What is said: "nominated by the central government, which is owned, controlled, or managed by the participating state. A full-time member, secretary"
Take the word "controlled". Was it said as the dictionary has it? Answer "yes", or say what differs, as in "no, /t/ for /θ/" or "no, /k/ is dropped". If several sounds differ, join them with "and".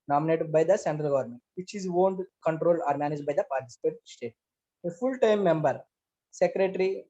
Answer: no, /d/ is dropped